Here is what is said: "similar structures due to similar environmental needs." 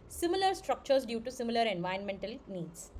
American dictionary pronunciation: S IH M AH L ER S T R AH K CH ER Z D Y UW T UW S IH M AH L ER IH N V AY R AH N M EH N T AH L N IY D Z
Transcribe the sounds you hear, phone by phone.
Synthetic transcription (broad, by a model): S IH M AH L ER S T R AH K CH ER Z D Y UW T UW S IH M AH L ER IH N V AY AH N M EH N T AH L N IY D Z